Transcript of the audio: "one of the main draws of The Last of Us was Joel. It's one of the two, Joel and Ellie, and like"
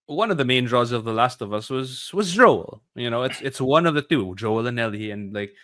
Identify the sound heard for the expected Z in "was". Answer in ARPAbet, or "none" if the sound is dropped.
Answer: Z